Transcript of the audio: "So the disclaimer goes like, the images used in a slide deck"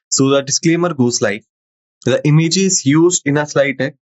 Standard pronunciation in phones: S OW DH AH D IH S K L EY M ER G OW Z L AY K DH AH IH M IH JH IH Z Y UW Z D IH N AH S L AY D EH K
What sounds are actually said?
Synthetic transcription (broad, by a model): S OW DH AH D IH S K L EY M ER G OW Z L AY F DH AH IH M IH JH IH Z Y UW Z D IH N AH S L AY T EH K